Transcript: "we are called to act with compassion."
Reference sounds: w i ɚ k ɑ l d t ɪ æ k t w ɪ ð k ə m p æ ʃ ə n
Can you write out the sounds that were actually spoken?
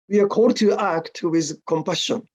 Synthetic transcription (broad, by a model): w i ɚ k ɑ d t ɪ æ k t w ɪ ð k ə m p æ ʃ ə n